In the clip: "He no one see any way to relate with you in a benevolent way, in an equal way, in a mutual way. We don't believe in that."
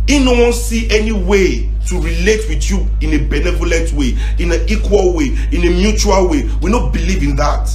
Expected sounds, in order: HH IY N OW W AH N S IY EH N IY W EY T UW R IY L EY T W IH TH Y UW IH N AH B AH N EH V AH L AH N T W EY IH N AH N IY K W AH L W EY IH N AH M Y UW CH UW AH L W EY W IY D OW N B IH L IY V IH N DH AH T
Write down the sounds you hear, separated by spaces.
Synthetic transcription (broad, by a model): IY N OW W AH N S IY EH N IY W EY T UW R IY L EY T W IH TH Y UW IH N AH B AH N EH V AH L AH N T W EY IH N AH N IY K W AH L W EY IH N AH M Y UW CH UW AH L W EY W IY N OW B IH L IY V IH N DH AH T